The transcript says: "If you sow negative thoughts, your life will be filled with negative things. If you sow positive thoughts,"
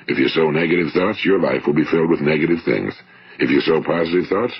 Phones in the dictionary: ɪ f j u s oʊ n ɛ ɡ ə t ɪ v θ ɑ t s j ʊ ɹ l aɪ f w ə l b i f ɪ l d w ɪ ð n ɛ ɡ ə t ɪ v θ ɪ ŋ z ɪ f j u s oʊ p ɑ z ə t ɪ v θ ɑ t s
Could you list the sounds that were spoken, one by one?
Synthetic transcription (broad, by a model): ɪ f j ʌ s oʊ n ɛ ɡ ə t ɪ v θ ɑ t s j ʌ ɹ l aɪ f w ə l b i f ɪ l d w ɪ ð n ɛ ɡ ə t ɪ v θ ɪ ŋ z ɪ f j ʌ s oʊ p ɑ z ə t ɪ v θ ɑ t s